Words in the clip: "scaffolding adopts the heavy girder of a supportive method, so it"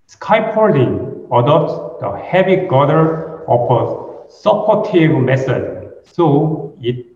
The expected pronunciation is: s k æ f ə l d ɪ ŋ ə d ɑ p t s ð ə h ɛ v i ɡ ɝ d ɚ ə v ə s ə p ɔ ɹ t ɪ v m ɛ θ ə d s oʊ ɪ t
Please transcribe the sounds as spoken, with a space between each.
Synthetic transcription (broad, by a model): s k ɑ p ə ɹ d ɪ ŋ ə d ɑ p t s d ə h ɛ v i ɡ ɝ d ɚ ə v ə s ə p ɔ t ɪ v m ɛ s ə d s oʊ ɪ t